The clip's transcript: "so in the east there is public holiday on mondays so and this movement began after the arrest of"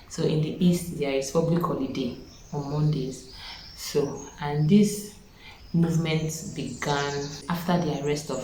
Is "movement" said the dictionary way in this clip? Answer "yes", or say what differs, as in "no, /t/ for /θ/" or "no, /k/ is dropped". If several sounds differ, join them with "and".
yes